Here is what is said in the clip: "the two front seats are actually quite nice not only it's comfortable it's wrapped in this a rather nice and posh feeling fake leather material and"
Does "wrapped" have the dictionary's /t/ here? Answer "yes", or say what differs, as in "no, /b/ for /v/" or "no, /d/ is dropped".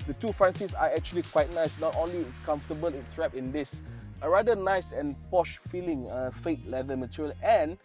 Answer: no, /t/ is dropped